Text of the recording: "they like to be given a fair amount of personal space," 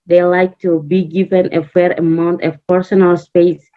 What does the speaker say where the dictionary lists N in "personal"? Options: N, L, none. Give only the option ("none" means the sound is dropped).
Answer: N